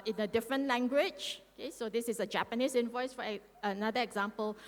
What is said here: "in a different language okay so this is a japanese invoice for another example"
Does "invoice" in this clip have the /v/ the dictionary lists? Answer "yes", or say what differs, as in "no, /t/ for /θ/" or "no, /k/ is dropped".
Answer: yes